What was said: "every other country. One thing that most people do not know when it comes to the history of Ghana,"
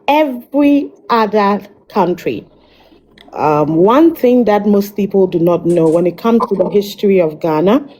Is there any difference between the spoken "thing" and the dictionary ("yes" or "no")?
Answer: no